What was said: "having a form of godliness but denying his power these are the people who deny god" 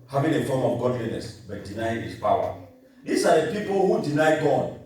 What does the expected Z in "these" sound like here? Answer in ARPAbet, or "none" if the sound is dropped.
S